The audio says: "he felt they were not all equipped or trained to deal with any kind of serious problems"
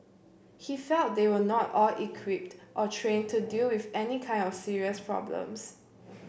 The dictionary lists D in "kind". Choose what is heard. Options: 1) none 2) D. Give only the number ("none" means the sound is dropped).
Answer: 2